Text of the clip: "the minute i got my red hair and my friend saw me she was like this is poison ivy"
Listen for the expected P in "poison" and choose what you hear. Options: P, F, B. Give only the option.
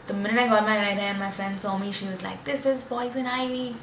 B